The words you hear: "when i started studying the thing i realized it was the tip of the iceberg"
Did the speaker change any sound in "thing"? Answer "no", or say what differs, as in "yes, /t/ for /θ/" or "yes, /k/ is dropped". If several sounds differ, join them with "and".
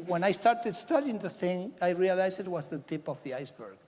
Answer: no